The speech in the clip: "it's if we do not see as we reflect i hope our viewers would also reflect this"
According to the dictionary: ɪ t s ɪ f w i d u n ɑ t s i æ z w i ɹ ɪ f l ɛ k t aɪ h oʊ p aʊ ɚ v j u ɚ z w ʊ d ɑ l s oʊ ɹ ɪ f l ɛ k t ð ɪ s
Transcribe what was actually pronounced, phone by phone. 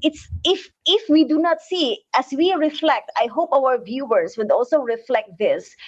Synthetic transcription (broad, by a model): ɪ t s ɪ f w i d u n ɑ t s i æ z w i ɹ ɪ f l ɛ k t aɪ h oʊ p aʊ ɚ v j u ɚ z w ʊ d ɑ l s oʊ ɹ ɪ f l ɛ k t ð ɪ s